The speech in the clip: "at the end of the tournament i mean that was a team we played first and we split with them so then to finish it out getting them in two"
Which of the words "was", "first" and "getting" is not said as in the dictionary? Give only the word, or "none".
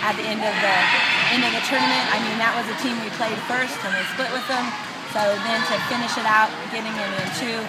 none